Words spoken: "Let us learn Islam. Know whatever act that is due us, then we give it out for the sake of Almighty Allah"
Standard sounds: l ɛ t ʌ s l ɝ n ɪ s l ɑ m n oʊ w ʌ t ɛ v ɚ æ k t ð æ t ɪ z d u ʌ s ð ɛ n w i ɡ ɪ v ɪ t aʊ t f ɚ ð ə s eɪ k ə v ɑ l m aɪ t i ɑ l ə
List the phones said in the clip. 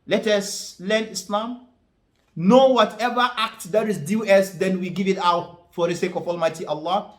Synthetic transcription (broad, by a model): l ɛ t ʌ s l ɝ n ɪ s l ɑ m n oʊ w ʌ t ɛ v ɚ æ k t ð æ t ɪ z d u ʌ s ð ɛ n w i ɡ ɪ v ɪ t aʊ t f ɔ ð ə s eɪ k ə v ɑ l m aɪ t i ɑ l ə